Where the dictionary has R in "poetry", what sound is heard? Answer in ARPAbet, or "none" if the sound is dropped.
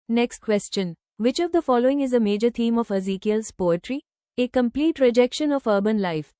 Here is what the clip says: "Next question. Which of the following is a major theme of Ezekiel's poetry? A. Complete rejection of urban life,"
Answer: R